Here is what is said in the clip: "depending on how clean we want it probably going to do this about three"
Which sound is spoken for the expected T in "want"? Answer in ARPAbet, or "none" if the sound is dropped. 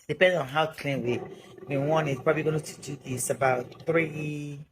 none